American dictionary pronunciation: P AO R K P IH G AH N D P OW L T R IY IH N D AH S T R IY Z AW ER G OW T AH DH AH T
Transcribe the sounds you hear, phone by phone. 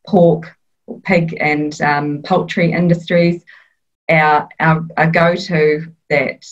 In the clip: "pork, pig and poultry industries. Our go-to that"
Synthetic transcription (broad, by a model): P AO K P IH G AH N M P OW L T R IY IH N D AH S T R IY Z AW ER G OW T AH DH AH T